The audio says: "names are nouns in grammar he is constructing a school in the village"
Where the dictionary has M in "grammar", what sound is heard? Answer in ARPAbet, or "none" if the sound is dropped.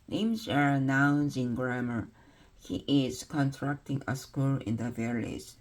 M